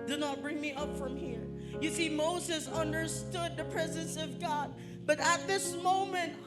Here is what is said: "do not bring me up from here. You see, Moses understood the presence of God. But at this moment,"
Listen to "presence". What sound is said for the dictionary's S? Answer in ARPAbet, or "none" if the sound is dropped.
S